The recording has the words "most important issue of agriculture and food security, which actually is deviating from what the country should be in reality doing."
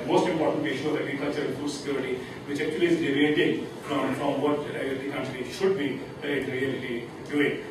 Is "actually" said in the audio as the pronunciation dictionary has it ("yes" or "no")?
no